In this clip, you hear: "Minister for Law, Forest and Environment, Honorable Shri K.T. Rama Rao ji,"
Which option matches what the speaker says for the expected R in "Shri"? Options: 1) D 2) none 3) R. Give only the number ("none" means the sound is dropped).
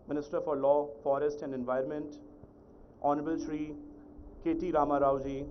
3